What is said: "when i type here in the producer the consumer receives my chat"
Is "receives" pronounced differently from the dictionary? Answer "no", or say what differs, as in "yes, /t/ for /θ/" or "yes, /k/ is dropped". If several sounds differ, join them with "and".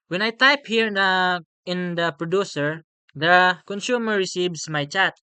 yes, /s/ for /z/